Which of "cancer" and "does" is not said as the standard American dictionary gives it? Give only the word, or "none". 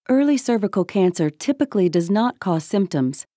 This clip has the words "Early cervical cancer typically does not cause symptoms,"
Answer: none